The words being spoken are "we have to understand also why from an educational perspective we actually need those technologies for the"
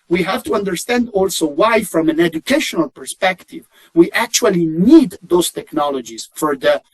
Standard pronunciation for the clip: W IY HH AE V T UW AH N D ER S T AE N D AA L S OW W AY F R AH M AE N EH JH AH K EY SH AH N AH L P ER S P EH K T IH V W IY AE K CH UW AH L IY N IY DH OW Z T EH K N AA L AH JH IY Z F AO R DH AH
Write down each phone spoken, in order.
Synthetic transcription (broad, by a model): W IY HH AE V T UW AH N D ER S T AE N D AA L S OW W AY F R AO M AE N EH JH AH K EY SH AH N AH L P ER S P EH K T IH V W IY AE K CH UW AH L IY N IY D OW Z T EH K N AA L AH JH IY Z F AO R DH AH